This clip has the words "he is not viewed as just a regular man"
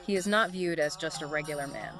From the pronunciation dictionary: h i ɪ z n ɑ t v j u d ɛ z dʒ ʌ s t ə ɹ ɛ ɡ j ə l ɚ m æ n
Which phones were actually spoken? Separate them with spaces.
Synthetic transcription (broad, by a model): h i ɪ z n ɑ t v j u d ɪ z dʒ ʌ s t ə ɹ ɛ ɡ j l ɚ m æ n